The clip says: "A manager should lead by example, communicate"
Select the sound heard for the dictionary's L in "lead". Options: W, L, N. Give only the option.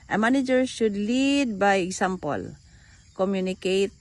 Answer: L